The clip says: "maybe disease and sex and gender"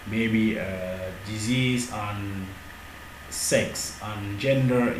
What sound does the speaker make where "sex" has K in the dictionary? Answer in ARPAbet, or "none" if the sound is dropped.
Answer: K